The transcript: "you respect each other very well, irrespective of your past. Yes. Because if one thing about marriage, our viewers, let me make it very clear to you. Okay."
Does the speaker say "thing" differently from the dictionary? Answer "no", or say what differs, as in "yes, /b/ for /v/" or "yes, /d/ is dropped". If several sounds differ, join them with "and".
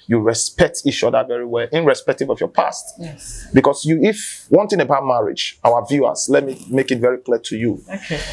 yes, /t/ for /θ/